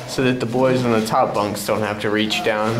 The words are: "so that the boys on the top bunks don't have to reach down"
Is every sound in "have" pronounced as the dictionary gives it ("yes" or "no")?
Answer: no